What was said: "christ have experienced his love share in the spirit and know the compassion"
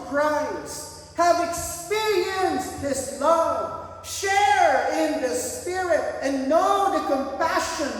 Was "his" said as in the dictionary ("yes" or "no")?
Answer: no